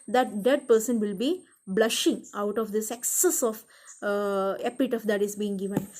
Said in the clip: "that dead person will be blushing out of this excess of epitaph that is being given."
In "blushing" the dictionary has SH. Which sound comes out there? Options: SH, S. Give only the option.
SH